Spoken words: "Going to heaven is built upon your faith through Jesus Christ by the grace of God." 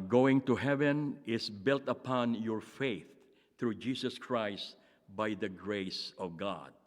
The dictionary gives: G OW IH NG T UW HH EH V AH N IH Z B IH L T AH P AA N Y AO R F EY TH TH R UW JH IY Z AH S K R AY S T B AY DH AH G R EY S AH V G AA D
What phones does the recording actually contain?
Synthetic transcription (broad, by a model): G OW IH NG T UW HH EH V AH N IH S B IH L T AH P AA N Y AO R F EY TH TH R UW JH IY S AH S K R AY S T B AY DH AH G R EY S AH V G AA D